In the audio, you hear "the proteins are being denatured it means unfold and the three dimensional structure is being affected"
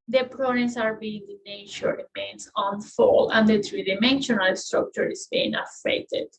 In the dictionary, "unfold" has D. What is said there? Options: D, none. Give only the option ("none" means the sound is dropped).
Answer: none